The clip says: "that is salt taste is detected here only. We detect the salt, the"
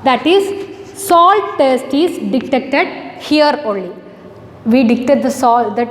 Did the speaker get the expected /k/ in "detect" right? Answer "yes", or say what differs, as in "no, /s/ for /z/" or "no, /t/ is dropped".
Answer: no, /k/ is dropped